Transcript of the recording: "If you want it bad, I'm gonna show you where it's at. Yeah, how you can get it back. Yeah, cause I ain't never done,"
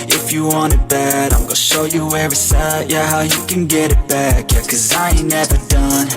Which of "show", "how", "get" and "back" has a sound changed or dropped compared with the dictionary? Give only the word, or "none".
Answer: none